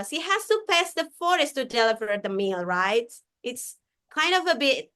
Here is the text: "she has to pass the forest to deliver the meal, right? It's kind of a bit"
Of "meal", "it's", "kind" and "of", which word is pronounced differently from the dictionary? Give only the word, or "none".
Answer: none